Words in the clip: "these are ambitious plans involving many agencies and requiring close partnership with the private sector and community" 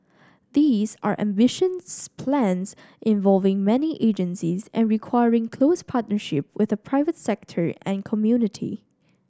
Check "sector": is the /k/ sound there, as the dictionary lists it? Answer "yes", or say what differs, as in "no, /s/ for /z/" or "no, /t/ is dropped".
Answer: yes